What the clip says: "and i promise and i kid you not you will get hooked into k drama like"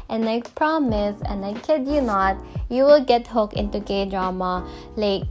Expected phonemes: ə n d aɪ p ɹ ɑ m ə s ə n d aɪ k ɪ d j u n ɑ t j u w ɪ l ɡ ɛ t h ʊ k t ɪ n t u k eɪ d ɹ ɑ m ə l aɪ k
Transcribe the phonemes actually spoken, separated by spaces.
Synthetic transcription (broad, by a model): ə n aɪ p ɹ ɑ m ə s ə n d aɪ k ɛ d j u n ɑ t j u w ɪ l ɡ ɛ t h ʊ k ɪ n t u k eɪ d ɹ ɑ m ə l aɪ k